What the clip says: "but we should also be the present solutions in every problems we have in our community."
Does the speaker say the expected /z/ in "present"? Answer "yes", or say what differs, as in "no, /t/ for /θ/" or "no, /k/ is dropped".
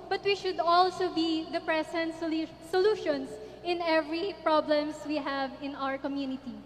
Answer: no, /s/ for /z/